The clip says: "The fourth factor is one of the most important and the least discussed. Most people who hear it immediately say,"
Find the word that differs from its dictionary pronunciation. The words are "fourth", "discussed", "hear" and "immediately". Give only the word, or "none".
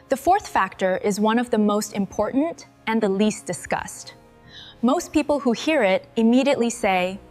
none